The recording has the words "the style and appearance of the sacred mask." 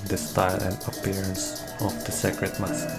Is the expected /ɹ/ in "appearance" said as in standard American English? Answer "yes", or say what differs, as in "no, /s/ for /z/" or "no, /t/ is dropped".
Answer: yes